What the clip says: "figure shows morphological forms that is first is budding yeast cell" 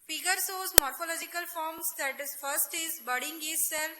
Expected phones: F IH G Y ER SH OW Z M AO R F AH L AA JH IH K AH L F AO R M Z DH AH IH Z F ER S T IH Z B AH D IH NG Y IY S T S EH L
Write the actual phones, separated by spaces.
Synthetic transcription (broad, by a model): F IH G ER S OW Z M AO R F AH L AA JH IH K AH L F AO R M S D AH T F ER S T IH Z B AH D IH NG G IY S S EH L